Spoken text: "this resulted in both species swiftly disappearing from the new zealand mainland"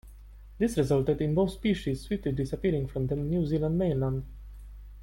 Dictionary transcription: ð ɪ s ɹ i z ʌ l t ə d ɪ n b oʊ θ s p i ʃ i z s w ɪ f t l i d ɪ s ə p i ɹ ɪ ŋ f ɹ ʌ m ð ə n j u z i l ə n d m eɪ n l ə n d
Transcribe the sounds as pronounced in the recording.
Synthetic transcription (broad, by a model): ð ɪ s ɹ i z ʌ l t ə d ɪ n b oʊ θ s p i ʃ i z s w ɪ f t l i d ɪ s ə p i ɹ ɪ ŋ f ɹ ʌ m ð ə n j u z i l ə n d m eɪ n l ə n d